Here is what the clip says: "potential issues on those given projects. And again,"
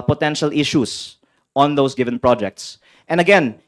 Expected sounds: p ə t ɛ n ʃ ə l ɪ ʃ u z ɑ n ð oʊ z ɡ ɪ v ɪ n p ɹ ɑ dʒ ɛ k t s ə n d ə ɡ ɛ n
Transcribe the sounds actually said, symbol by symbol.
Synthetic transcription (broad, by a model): p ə t ɛ n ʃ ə l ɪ ʃ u s ɑ n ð oʊ s ɡ ɪ v ɪ n p ɹ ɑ dʒ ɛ k t s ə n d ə ɡ ɛ n